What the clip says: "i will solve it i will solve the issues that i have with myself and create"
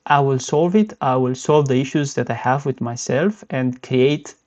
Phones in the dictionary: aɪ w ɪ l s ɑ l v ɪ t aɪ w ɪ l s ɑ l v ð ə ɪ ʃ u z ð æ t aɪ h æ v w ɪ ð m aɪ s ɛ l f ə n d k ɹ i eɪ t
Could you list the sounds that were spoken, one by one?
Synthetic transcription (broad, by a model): aɪ w ɪ l s ɑ l v ɪ t aɪ w ɪ l s ɑ l v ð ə ɪ ʃ u z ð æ t aɪ h æ v w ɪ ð m aɪ s ɛ l f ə n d k ɹ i eɪ t